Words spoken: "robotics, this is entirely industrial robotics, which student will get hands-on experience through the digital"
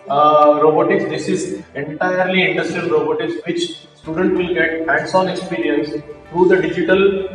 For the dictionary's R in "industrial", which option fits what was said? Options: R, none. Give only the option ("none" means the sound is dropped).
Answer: none